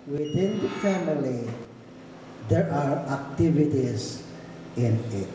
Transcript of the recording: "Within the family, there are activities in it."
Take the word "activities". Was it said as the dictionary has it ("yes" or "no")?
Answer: no